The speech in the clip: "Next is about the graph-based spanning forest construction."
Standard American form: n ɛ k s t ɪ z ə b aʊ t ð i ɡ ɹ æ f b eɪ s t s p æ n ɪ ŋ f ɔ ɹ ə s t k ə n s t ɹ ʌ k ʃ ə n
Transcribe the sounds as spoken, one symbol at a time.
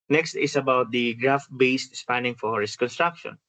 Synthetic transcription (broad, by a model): n ɛ k s t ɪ s ə b aʊ t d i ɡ ɹ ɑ f b eɪ s t s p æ n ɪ ŋ f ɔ ɹ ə s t k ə n s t ɹ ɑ k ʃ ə n